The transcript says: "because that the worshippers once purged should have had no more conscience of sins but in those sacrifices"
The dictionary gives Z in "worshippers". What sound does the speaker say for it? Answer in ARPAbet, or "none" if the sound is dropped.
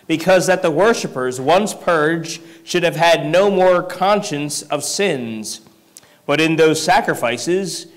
Z